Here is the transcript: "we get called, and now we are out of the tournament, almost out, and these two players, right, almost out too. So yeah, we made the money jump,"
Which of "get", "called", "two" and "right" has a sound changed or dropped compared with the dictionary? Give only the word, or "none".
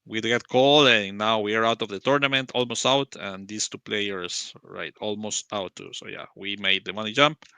called